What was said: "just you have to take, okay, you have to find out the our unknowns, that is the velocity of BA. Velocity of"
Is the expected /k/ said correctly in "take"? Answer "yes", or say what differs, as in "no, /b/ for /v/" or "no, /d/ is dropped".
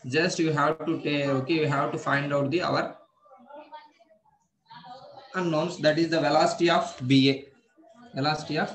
no, /k/ is dropped